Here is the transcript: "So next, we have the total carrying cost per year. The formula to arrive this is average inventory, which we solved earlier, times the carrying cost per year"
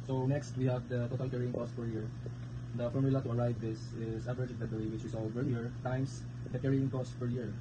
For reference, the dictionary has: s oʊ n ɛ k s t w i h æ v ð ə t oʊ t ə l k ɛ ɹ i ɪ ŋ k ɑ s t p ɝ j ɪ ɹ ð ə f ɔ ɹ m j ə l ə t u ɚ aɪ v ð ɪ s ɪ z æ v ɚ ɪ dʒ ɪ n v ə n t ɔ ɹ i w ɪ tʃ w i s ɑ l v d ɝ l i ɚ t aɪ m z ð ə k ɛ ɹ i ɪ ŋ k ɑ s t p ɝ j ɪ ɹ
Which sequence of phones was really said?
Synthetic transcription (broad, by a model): s oʊ n ɛ k s t w i h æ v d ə t oʊ t ə l k ɛ ɹ i ɪ ŋ k ɑ s t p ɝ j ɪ ɹ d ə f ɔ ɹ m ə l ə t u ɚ aɪ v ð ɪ s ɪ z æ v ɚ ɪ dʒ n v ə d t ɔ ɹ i w ɪ tʃ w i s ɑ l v ɝ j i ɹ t aɪ m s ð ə k ɛ ɹ i ɪ ŋ k ɑ s t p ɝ j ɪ ɹ